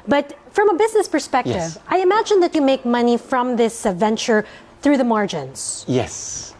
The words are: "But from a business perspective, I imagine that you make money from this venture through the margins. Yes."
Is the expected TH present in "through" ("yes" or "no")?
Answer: yes